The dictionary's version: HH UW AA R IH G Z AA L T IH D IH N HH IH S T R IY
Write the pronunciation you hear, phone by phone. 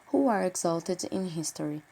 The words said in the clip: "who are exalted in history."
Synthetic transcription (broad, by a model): HH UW AA R IH G Z AA L T IH D IH N HH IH S T R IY